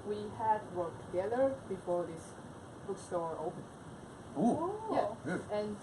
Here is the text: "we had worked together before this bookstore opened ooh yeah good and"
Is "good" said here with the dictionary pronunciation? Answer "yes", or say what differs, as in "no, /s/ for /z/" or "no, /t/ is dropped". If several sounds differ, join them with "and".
no, /d/ is dropped